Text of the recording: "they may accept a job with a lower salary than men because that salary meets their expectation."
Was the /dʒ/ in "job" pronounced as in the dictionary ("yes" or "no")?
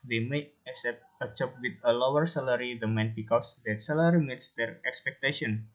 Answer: no